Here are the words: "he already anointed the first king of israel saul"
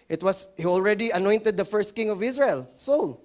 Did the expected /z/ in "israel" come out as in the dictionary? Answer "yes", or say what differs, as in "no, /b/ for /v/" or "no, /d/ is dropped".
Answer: no, /s/ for /z/